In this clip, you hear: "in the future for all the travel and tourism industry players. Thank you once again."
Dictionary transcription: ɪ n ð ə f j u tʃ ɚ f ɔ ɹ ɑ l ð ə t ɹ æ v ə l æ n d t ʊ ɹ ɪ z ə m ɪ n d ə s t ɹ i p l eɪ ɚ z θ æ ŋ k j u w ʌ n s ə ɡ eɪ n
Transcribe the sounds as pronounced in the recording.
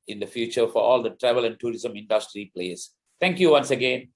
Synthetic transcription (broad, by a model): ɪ n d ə f j u tʃ ɚ f ɔ ɹ ɑ l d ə t ɹ æ v ə l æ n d t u ɹ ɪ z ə m ɪ n d ə s t ɹ i p l eɪ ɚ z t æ ŋ k j u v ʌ n s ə ɡ eɪ n